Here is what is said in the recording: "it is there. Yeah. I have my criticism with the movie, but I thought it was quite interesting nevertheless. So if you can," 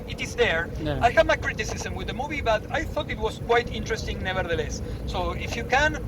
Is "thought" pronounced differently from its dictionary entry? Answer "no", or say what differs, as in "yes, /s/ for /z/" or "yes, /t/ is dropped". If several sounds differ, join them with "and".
no